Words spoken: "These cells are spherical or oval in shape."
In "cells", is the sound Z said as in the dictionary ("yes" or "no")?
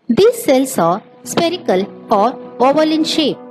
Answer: no